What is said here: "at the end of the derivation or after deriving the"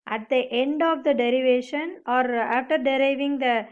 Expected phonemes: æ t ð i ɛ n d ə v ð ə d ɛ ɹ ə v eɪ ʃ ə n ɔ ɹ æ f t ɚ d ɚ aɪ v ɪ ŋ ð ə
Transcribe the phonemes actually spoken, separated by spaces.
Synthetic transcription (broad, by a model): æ t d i ɛ n d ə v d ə d ɛ ɹ ə v eɪ ʃ ə n ɔ ɹ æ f t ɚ d ɚ aɪ v ɪ ŋ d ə